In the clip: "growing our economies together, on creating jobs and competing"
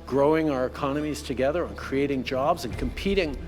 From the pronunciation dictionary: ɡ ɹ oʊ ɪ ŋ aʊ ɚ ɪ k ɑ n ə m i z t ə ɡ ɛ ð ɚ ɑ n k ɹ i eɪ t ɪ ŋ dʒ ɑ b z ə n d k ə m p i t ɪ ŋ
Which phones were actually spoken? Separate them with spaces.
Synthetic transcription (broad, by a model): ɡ ɹ oʊ ɪ ŋ aʊ ɚ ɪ k ɑ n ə m i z t ə ɡ ɛ ð ɚ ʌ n k ɹ i eɪ t ɪ ŋ dʒ ɑ b z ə n k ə m p i t ɪ ŋ